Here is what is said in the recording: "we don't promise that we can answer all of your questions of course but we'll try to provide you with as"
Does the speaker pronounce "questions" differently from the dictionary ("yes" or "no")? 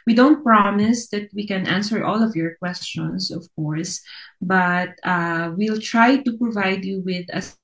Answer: yes